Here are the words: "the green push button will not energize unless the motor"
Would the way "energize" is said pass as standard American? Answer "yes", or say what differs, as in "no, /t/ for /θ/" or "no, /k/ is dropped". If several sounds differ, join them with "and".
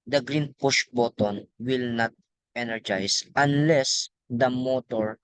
no, /s/ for /z/